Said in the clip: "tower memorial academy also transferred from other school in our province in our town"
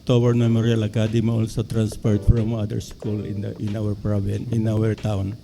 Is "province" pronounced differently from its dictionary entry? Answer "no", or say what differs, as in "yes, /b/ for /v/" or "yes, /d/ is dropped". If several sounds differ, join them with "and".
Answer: yes, /s/ is dropped